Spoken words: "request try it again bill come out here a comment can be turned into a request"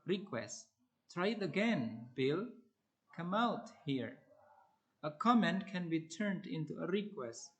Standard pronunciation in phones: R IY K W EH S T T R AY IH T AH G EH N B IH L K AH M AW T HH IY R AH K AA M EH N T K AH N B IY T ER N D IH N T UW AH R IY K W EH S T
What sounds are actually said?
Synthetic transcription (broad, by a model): R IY K W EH S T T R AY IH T AH G EH N B IH L K AH M AW T HH IY R AH K AA M EH N T K AH N B IY T ER N D IH N T UW AH R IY K W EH S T